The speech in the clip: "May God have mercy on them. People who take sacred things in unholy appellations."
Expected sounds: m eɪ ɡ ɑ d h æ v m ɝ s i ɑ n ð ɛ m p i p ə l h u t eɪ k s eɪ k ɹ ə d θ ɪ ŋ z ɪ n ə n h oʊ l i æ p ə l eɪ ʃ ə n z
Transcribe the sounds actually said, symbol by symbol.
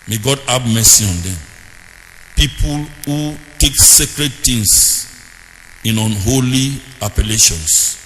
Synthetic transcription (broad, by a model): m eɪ ɡ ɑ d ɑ b m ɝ s i ɑ n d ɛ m p i p ə l h u t eɪ k s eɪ k ɹ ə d t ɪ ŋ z ɪ n ə n h oʊ l i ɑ p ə l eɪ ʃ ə n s